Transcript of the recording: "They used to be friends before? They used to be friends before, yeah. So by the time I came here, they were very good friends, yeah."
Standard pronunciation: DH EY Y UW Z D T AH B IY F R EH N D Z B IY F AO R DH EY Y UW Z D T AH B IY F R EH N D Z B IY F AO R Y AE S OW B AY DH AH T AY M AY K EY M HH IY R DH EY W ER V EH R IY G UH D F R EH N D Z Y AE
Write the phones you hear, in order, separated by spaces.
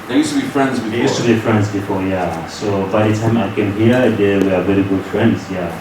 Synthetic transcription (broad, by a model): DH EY Y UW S T AH B IY F R EH N D Z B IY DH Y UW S T AH B IY F R EH N D Z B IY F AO Y AE S OW B AY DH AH T AY M AY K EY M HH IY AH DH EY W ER B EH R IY G UH D F R EH N D Z Y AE